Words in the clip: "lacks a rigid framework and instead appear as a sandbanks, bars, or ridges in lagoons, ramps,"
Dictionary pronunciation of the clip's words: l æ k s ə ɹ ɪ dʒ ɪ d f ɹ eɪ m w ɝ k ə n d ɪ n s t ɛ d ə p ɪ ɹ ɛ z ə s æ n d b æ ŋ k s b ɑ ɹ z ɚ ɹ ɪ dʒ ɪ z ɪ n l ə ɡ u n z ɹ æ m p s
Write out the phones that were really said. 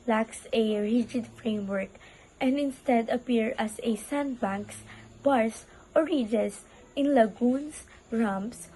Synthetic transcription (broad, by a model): l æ k s ə ɹ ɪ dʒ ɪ d f ɹ eɪ m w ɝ k ə n d ɪ n s t ɛ d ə p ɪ ɹ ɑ s ə s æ n d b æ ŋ k s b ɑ ɹ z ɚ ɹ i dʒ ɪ s ɪ n l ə ɡ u n s ɹ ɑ m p s